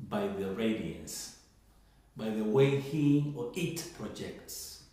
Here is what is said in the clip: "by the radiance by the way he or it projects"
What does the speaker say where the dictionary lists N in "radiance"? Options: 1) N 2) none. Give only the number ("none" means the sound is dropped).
2